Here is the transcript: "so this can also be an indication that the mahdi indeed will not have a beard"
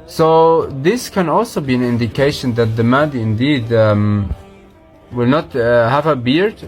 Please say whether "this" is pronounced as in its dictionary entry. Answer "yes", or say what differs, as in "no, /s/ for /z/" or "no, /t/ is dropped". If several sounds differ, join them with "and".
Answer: yes